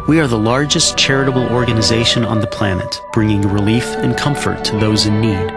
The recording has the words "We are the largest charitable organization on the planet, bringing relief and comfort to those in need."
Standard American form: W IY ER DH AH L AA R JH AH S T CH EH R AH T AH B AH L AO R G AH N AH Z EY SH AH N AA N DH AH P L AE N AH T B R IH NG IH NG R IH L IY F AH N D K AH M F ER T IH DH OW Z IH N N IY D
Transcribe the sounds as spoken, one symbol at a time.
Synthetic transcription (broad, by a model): W IY ER DH AH L AA R JH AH S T CH EH R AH T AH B L AO R G AH N AH Z EY SH AH N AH N DH AH P L AE N AH T B R IH NG IH NG R IH L IY F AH N K AH M F ER T IH DH OW Z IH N N IY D